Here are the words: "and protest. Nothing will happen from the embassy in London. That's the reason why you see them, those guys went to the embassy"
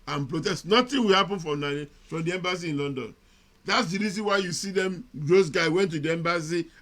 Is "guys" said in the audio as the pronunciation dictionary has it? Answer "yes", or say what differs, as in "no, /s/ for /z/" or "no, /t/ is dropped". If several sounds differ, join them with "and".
no, /z/ is dropped